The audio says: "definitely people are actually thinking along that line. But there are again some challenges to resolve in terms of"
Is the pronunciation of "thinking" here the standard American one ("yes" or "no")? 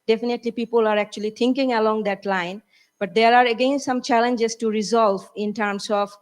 no